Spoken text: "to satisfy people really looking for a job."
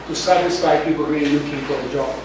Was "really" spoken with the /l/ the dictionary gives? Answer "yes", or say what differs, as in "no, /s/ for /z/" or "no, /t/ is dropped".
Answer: no, /n/ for /l/